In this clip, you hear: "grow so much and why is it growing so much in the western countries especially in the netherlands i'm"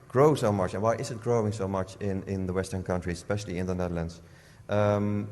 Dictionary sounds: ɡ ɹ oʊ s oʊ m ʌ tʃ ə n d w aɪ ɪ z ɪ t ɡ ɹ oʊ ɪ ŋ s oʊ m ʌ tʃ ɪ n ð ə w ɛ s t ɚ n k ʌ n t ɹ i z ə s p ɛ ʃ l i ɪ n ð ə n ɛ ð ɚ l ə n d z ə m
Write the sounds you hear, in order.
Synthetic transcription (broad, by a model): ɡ ɹ oʊ s oʊ m ʌ tʃ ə n w aɪ ɪ z ɪ t ɡ ɹ oʊ ɪ ŋ s oʊ m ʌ tʃ ɪ n ð ə w ɛ s t ɚ n k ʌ n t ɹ i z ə s p ɛ ʃ l i ɪ n ð ə n ɛ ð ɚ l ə n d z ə m